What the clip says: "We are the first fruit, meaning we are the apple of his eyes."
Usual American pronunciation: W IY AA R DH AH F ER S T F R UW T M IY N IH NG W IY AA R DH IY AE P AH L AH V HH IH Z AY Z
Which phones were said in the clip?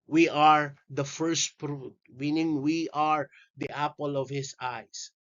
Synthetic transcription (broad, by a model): W IY AA R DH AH F ER S T P R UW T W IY N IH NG W IY AA R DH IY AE P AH L AH V HH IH S AY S